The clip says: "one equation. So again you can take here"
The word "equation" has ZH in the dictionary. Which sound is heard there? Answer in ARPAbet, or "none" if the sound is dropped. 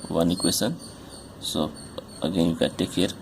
S